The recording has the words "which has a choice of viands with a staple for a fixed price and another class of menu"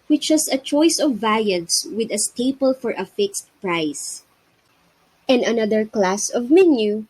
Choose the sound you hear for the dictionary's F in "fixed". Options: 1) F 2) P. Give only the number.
1